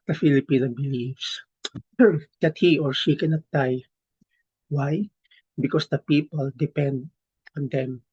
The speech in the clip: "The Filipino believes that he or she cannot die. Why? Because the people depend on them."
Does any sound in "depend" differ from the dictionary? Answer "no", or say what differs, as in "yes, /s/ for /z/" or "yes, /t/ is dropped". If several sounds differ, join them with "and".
no